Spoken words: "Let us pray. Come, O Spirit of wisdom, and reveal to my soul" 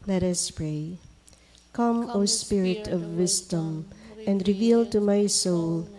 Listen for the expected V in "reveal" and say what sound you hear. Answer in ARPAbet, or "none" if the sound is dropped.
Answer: V